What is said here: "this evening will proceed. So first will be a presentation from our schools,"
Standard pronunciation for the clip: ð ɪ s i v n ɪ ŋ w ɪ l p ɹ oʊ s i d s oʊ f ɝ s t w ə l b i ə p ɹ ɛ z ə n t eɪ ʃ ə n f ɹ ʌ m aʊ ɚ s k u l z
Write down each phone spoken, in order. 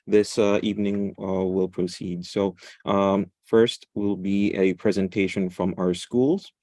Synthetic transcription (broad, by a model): ð ɪ s i v n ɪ ŋ w ɪ l p ɹ oʊ s i d s oʊ f ɝ s t w ə l b i ə p ɹ ɛ z ə n t eɪ ʃ ə n f ɹ ʌ m aʊ ɚ s k u l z